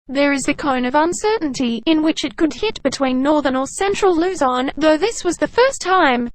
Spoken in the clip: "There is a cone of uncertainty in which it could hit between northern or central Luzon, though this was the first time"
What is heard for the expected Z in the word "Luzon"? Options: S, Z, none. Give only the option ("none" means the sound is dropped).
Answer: Z